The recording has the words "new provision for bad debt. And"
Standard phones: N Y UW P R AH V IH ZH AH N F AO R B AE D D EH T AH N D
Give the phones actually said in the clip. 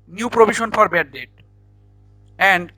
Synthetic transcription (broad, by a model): N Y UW P R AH B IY SH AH N F AO R B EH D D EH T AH N D